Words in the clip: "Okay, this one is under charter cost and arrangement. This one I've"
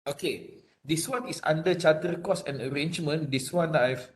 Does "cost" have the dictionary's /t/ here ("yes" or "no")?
no